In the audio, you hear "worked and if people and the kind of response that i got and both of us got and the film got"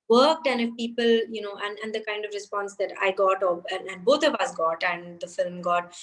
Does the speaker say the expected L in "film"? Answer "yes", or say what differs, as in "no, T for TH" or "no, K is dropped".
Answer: yes